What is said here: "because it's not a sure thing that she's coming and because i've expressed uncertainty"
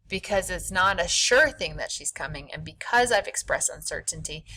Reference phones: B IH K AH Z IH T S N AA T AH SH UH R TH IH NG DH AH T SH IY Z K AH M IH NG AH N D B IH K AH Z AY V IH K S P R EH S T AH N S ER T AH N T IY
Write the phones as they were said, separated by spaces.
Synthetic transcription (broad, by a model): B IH K AH Z IH T S N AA T AH SH UH R TH IH NG DH AH T SH IY Z K AH M IH NG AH N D B IH K AH Z AY V IH K S P R EH S T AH N S ER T N T IY